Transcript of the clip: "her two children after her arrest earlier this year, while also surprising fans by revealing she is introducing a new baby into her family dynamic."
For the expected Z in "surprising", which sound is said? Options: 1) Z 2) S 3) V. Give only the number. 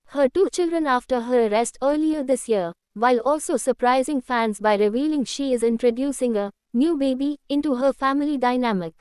1